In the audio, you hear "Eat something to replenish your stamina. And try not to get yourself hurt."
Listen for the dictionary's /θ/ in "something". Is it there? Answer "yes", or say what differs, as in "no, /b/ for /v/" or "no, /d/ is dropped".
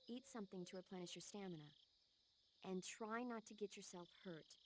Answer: yes